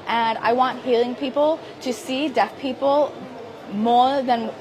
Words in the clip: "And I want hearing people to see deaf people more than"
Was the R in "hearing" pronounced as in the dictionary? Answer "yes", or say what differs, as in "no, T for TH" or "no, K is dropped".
no, L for R